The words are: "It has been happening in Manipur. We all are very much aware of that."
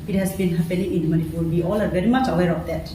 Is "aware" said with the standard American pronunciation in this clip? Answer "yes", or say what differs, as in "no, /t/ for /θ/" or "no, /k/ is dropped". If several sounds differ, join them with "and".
yes